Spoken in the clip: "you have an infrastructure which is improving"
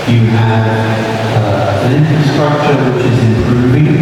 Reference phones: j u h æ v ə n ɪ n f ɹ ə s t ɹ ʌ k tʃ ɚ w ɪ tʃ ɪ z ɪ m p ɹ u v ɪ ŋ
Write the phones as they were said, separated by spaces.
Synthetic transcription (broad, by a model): j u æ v ə n ɪ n f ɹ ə s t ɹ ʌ k tʃ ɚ w ɪ tʃ ɪ z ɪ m p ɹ u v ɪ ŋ